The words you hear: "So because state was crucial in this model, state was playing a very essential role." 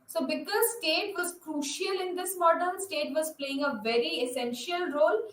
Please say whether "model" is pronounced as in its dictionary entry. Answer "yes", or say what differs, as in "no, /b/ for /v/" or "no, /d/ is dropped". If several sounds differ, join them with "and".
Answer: no, /n/ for /l/